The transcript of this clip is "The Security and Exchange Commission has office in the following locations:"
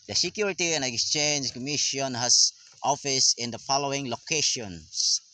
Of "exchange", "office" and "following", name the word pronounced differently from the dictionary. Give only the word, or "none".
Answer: none